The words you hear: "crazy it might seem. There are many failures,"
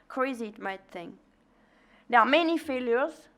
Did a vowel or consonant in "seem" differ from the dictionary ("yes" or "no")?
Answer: yes